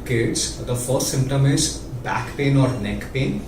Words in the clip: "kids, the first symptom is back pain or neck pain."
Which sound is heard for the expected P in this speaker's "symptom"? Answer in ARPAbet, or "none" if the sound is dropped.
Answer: P